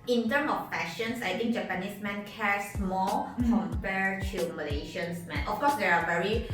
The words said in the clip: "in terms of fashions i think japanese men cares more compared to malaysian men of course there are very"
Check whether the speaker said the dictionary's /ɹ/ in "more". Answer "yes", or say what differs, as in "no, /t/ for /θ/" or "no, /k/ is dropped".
no, /l/ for /ɹ/